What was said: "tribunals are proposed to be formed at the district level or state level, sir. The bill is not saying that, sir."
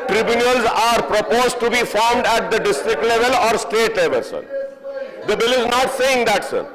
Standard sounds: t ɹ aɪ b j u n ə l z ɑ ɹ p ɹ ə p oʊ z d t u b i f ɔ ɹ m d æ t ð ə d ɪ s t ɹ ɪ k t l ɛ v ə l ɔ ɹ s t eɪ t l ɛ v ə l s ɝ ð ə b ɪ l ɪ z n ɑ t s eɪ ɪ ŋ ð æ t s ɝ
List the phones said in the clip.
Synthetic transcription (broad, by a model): t ɹ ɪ b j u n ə l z ɑ ɹ p ɹ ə p oʊ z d t u b i f ɔ ɹ m d æ t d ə d ɪ s t ɹ ɪ k t l ɛ v ə l ɔ ɹ s t eɪ t l ɛ v ə l s ɝ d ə b ɪ l ɪ z n ɑ t s eɪ ɪ ŋ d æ t s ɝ